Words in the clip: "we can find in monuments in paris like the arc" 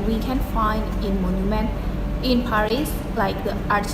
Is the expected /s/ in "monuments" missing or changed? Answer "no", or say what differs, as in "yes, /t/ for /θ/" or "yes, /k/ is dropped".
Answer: yes, /s/ is dropped